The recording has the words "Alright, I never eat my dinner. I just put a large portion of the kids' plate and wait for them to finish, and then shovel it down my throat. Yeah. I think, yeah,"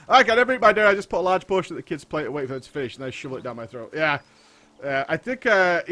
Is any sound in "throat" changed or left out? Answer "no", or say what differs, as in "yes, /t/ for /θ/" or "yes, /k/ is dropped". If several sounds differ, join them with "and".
no